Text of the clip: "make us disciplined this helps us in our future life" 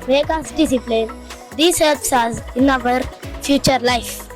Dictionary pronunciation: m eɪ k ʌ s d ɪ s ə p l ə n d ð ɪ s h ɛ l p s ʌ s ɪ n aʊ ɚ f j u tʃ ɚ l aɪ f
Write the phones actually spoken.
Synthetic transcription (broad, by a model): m eɪ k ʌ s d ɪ s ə p l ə n d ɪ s h ɛ l p s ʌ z ɪ n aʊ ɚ f j u tʃ ɚ l aɪ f